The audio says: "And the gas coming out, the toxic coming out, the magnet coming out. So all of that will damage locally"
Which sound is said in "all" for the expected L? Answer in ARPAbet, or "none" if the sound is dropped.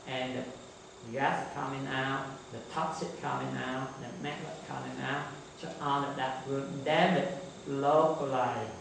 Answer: N